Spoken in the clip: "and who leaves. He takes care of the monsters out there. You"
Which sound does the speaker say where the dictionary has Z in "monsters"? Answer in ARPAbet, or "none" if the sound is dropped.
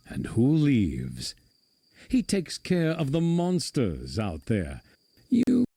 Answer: Z